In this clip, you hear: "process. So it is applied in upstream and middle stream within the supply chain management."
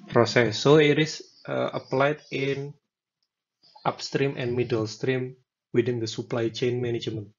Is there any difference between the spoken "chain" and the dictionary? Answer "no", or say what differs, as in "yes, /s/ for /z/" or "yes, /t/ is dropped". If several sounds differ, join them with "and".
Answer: no